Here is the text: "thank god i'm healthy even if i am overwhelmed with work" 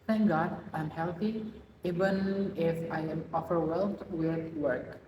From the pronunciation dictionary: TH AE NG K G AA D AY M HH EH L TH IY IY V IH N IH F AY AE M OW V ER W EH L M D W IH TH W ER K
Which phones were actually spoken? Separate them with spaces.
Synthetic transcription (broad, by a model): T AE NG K G AA D AY M HH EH L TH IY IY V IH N IH F AY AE M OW F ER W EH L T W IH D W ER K